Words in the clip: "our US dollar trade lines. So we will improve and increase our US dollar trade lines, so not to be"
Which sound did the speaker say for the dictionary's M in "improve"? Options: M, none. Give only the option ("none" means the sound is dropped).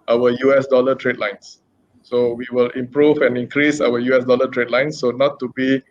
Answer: M